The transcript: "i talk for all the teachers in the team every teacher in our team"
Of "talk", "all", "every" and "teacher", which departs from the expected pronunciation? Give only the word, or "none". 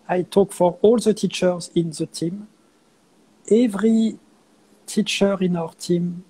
none